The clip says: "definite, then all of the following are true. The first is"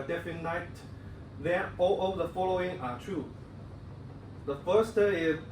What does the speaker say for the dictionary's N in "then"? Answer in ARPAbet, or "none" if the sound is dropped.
none